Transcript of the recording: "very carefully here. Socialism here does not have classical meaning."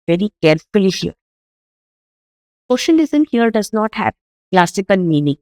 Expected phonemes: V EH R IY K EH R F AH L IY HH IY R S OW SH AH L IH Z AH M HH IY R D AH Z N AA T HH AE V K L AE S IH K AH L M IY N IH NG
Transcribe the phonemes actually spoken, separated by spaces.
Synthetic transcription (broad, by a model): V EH R IY K EH R F AH L IY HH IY R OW SH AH N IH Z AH M HH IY R D AH Z N AA T HH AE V K L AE S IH K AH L M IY N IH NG